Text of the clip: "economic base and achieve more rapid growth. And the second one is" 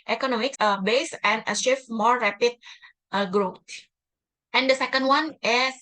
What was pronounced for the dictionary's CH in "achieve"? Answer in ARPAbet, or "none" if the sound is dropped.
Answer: SH